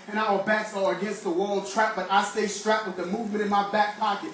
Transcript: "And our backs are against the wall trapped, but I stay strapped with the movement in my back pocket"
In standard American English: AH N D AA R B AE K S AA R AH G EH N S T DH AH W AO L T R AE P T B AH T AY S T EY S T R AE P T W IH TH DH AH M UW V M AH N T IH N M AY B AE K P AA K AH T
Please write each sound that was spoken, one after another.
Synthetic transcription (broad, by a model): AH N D AA L B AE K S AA L AH G EH N S T DH AH W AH L T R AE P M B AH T AY S T EY S T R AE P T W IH DH AH M UW V M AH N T IH N M AY B AE K P AA K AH T